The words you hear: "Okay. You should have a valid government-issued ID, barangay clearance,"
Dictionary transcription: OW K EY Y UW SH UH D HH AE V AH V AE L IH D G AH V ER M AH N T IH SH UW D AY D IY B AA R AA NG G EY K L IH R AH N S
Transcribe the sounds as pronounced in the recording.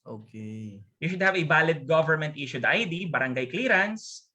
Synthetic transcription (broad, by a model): OW K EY Y UW SH UH D HH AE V AH B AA L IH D G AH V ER M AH N T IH SH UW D AY D IY B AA R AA NG G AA K L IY R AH N S